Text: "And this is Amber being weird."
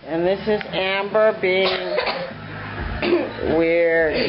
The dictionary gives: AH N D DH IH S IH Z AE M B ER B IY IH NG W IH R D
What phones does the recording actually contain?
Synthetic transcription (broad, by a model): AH N DH IH S IH Z AE M B ER B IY IH NG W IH R